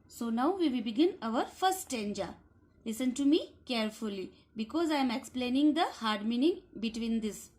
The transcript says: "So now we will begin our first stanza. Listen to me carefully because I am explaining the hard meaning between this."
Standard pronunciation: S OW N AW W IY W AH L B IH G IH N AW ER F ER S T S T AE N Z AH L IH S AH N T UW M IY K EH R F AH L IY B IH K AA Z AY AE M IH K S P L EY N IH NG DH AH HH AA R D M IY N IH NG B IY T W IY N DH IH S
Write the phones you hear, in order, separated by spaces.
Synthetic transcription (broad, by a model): S OW N AW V IY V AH B IH G IH N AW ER F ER T S T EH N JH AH L IH S AH N T UW M IY K EH R F AH L IY B IH K AA Z AY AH M IH K S P L EY N IH NG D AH HH AA R D M IY N IH NG B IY T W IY N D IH S